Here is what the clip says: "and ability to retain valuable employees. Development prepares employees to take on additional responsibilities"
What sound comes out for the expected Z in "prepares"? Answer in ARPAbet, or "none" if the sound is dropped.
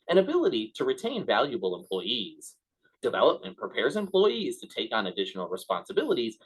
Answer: Z